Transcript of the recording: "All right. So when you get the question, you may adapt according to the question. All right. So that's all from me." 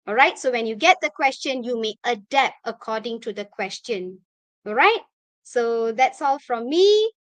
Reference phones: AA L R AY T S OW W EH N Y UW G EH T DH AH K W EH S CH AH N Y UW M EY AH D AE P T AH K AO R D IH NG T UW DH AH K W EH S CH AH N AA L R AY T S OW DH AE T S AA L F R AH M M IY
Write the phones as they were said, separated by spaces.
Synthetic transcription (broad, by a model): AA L R AY T S OW W EH N Y UW G EH T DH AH K W EH S CH AH N Y UW M EY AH D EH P AH K AO D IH NG T UW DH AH K W EH S CH AH N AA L R AY T S OW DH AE T S AA L F R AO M M IY